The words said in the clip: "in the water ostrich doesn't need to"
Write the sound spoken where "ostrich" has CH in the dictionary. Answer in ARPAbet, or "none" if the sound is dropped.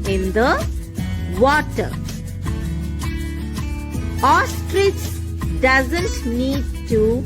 S